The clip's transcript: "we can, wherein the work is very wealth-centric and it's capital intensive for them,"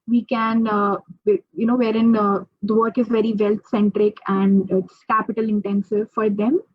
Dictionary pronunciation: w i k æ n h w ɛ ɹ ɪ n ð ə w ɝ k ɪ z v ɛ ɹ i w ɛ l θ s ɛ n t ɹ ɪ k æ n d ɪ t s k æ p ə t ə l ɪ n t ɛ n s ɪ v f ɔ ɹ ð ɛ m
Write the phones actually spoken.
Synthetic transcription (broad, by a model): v i k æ n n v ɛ ɹ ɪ n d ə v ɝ k ɪ z v ɛ ɹ i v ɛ l t s ɛ n t ɹ ɪ k æ n d ɪ t s k æ p ə t ə l ɪ n t ɛ n s ɪ v f ɔ ɹ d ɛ m